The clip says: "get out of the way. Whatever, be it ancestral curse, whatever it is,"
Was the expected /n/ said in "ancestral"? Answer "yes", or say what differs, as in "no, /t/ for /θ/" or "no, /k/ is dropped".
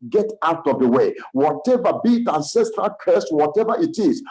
yes